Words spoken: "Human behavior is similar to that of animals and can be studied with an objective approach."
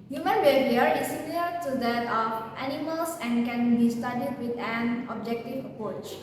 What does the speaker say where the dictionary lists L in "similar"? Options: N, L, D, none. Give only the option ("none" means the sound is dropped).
none